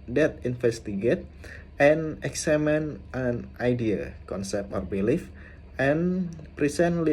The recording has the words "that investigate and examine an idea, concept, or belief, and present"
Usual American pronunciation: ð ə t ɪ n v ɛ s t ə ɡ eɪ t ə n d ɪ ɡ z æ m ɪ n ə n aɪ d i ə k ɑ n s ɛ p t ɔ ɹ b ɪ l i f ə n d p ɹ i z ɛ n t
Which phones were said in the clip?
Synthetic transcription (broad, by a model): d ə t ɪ n f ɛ s t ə ɡ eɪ t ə n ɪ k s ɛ m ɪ n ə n aɪ d i ə k ɑ n s ɛ p t ɔ ɹ b ɪ l i f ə n p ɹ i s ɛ n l